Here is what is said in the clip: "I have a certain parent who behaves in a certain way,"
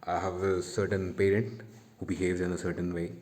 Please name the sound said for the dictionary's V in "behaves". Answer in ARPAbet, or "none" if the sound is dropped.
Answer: V